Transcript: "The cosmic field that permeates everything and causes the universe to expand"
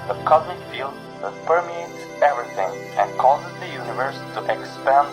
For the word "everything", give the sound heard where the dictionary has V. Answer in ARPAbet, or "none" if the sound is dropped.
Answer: V